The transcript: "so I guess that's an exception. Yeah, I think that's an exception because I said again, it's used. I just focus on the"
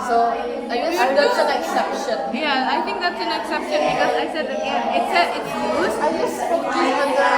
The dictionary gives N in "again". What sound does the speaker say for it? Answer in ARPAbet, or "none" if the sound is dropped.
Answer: none